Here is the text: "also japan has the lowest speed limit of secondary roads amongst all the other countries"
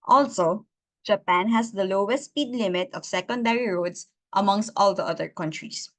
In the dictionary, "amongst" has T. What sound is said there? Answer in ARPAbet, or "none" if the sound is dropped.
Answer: T